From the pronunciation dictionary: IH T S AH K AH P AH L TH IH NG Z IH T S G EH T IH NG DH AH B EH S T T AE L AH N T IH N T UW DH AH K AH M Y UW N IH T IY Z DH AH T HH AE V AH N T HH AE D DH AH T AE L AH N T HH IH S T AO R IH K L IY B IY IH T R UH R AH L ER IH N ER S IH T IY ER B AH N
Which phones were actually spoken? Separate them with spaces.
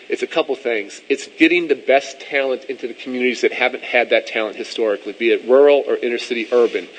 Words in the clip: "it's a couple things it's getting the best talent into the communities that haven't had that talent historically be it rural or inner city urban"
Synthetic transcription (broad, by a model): IH T S AH K AH P L TH IH NG Z IH T S G EH T IH NG DH AH B EH S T T AE L AH N T IH N T UW DH AH K M Y UW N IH T IY Z DH AH T HH AE V AH N T HH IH D DH AH T AE L AH N T HH IH S T AO R IH K L IY B IY IH T R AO R L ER IH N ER S IH T IY ER B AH N